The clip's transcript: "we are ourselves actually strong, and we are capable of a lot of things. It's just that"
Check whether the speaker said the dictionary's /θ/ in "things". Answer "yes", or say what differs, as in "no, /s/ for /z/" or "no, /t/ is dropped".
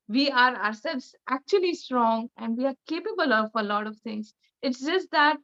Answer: no, /t/ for /θ/